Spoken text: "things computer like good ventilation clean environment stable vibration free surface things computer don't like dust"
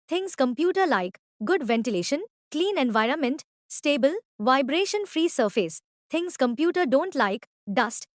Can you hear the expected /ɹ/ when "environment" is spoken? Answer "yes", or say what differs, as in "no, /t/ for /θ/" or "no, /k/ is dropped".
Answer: yes